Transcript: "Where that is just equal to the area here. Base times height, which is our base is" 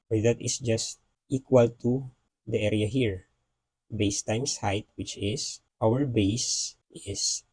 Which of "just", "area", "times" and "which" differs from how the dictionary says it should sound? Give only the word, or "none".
times